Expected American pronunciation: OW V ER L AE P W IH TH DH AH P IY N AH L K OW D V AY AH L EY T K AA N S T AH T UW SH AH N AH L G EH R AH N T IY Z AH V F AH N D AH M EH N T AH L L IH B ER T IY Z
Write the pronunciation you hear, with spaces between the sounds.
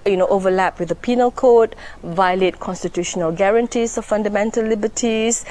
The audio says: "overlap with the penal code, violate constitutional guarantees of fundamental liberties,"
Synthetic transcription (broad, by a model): OW V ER L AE P W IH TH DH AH P IY N AH L K OW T V AY AH L EY T K AA N S T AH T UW SH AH N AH L G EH R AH N T IY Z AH F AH N D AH M EH N T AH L L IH B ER T IY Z